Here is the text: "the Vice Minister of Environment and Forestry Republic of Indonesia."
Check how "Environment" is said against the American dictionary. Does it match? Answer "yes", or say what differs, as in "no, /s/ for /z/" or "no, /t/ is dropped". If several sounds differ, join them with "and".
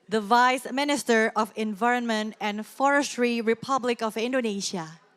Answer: yes